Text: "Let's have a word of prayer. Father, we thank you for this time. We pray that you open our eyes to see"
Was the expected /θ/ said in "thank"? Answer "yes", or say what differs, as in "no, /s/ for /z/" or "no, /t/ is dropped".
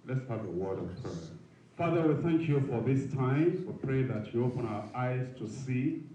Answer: yes